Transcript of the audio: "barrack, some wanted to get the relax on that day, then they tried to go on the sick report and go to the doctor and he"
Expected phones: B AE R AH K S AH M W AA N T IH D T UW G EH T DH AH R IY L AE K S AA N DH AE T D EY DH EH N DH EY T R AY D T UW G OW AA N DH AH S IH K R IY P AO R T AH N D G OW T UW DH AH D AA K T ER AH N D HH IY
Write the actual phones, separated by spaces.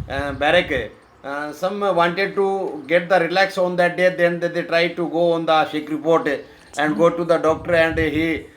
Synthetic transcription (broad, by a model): B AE R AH K S AH M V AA N T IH D T UW G EH T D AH R IY L AE K S AA N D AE T D EY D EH N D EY T R AY D T UW G OW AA N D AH SH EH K R IY P AO R T AH N D G OW T UW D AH D AA K T ER AH N D HH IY